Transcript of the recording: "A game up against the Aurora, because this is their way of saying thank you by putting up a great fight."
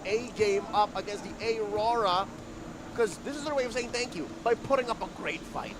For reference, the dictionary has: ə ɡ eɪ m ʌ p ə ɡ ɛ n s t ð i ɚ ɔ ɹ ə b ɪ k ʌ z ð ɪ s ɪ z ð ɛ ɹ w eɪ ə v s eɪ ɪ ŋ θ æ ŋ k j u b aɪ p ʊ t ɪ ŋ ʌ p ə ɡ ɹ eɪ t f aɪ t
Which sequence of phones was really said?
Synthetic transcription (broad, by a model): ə ɡ eɪ m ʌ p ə ɡ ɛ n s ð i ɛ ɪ ɹ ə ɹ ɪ k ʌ z ð ɪ s ɪ z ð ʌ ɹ w eɪ ə v s eɪ ɪ ŋ θ æ ŋ k j u b aɪ p ʊ t ɪ ŋ ʌ p ə ɡ ɹ eɪ t f aɪ t